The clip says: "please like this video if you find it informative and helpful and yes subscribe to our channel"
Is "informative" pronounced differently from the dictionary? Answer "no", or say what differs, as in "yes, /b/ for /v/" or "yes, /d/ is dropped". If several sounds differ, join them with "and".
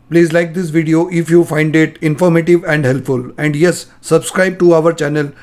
no